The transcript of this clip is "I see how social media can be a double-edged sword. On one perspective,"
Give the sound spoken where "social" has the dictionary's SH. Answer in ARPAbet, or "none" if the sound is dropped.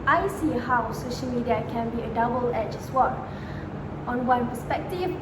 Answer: SH